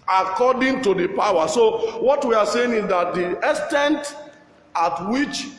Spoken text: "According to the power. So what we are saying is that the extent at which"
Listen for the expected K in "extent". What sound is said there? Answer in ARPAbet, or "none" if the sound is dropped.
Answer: none